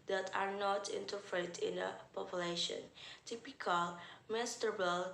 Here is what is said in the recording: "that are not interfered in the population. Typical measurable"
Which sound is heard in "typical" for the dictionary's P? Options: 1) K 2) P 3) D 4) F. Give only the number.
2